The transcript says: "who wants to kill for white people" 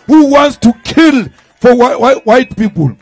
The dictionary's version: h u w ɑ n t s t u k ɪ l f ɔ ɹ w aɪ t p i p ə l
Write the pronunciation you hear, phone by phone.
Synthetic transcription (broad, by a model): h u w ɑ n t s t u k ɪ l f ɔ w w aɪ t p i p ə l